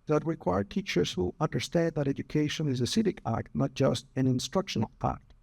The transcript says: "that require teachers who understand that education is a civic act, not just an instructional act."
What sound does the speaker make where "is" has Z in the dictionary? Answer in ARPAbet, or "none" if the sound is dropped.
Z